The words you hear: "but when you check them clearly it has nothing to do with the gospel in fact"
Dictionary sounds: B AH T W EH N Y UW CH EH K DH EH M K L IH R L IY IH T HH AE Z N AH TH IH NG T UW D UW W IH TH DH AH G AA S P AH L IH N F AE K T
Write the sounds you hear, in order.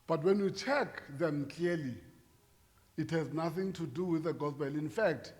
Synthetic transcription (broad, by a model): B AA T W EH N Y UW CH EH K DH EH M K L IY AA L IY IH T HH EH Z N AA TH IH NG T UW D UW W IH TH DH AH G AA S B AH L IH N F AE K T